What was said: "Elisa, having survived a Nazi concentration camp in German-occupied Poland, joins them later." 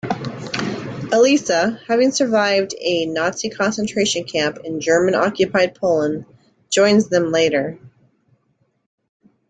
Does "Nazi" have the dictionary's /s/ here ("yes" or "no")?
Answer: yes